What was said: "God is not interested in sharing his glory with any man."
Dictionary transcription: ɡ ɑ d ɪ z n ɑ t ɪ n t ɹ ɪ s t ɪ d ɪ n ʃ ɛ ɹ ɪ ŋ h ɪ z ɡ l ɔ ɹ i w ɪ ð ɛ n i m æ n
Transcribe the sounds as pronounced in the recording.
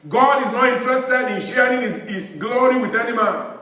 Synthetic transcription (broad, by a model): ɡ ɑ d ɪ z n ɑ t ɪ n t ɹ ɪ s t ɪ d ɪ n ʃ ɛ ɹ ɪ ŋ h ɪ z ɡ l ɔ ɹ i w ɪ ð ɛ n i m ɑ n